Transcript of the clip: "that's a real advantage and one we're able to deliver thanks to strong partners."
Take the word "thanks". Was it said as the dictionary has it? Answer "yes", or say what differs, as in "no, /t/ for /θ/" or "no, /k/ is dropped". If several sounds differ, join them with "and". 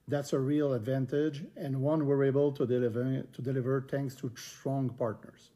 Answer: no, /t/ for /θ/